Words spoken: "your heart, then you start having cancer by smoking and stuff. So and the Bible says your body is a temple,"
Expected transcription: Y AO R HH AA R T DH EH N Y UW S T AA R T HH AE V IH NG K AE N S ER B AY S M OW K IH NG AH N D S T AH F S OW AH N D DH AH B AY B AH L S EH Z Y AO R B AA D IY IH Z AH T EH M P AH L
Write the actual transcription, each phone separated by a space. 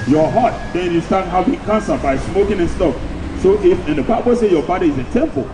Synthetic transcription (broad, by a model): Y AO HH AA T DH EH N Y UW S T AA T HH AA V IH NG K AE N S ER B AY S M OW K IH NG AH N S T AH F S OW AH N D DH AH B AY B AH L S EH Y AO B AA D IY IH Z AH T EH M P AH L